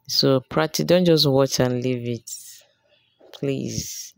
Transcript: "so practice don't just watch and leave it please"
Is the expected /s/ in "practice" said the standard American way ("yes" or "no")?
no